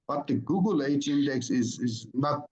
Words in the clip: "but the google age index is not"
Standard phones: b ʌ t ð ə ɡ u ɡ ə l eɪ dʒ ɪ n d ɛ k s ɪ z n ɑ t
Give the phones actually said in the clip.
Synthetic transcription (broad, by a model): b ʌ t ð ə ɡ u ɡ ə l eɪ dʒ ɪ n d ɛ k s ɪ z n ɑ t